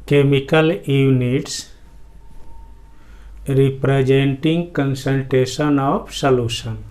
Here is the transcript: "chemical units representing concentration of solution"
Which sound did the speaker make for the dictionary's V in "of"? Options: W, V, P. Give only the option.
P